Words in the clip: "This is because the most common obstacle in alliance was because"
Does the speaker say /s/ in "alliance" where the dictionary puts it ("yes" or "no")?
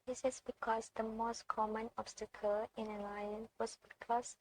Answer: no